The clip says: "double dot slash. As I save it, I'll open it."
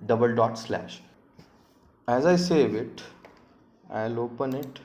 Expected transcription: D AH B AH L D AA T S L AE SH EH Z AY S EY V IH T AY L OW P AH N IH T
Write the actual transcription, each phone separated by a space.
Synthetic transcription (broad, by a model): D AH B AH L D AA T S L AE SH EH Z AY S EY V IH T AY L OW P AH N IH T